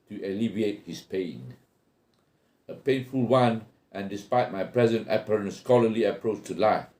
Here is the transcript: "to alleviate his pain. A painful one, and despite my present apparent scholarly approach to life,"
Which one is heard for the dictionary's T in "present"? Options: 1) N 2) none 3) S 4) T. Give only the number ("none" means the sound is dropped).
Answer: 4